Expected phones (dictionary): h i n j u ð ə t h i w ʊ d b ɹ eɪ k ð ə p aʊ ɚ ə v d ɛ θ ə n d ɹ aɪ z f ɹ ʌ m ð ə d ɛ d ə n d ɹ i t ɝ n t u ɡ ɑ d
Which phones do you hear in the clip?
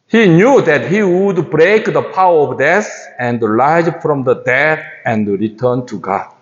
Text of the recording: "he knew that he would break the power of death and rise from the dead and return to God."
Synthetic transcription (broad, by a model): h i n j u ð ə t h i w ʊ d b ɹ eɪ k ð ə p aʊ ɚ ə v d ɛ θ ə n d l aɪ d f ɹ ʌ m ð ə d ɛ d ə n d ɹ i t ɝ n t u ɡ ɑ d